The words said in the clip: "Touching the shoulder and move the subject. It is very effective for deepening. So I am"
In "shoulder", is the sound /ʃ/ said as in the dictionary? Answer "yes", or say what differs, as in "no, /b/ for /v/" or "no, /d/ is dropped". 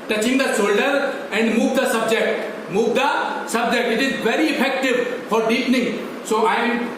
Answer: no, /s/ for /ʃ/